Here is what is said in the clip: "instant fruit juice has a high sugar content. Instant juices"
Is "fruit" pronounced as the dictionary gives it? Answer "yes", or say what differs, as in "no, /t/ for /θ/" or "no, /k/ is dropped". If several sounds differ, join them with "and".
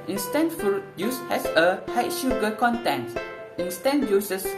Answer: no, /ɹ/ is dropped